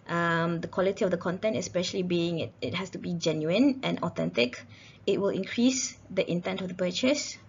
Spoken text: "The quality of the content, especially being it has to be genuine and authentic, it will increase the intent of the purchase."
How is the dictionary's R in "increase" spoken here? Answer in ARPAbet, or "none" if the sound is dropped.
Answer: R